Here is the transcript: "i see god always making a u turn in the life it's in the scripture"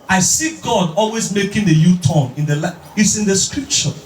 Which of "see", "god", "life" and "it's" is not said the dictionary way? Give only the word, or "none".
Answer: life